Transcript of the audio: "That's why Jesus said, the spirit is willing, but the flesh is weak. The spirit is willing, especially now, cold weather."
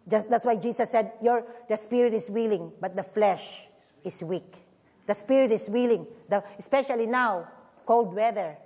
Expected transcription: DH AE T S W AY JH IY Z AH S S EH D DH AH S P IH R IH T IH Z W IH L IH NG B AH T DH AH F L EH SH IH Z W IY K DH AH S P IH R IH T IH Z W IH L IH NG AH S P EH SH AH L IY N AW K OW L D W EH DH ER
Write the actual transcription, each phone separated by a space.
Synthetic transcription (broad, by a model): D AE T S W AY JH IY S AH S S EH D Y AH S P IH R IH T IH S W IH L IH NG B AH T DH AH F L EH SH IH S W IY K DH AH S P IH R IH T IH S W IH L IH NG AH S P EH SH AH L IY N AW K OW L D W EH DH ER